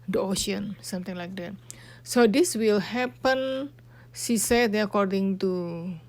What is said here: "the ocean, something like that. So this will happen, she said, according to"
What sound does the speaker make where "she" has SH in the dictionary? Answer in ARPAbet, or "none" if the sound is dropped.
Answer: S